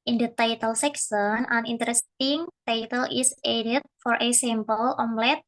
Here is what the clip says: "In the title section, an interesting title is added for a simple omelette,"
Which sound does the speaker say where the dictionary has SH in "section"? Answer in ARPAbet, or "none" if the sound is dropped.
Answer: S